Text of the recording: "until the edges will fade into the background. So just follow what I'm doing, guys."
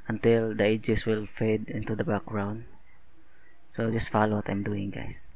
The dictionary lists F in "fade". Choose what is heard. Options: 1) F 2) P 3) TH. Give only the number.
1